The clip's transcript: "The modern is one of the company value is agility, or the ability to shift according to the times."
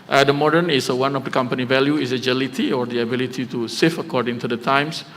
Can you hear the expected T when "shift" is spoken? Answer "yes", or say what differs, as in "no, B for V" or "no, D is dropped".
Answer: no, T is dropped